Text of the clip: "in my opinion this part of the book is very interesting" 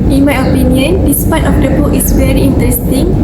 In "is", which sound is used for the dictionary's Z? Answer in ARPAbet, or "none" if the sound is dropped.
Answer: S